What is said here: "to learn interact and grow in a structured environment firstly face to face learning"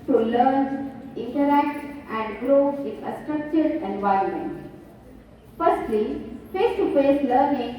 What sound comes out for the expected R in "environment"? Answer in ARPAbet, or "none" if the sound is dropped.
R